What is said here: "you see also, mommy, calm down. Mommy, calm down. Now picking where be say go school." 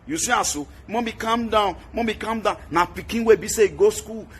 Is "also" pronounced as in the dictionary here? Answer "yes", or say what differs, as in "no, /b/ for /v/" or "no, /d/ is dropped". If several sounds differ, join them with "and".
no, /l/ is dropped